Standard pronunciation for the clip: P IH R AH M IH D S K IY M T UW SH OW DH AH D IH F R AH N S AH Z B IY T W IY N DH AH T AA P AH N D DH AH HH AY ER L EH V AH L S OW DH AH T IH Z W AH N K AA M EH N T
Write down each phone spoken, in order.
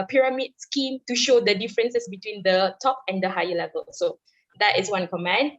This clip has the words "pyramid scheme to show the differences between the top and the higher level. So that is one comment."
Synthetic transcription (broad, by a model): P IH R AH M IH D S K IY M T UW SH OW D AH D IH F R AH N S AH S B IY T W IY N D AH T AA P AH N D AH HH AY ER L EH V AH L S OW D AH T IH S W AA N K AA M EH N